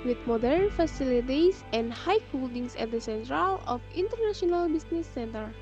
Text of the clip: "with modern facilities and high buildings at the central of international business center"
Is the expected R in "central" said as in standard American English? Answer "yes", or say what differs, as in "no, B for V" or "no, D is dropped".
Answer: yes